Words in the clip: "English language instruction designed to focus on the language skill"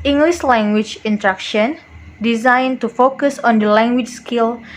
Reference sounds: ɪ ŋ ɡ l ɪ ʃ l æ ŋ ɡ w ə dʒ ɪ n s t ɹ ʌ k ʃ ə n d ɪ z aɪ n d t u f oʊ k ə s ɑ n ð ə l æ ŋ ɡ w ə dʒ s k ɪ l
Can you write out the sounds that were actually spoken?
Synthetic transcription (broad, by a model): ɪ ŋ ɡ l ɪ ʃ l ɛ ŋ ɡ w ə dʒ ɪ n t ɹ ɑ k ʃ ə n d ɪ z aɪ n t u f oʊ k ə s ɑ n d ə l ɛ ŋ ɡ w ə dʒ s k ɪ l